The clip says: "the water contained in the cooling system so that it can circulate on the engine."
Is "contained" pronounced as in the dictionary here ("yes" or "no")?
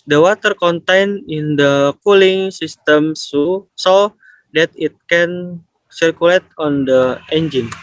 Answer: no